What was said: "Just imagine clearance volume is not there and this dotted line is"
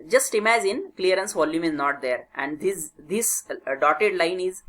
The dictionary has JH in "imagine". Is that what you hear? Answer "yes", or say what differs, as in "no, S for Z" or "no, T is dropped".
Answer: no, Z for JH